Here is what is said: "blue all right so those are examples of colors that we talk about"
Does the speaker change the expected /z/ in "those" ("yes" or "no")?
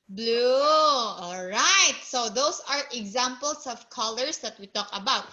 yes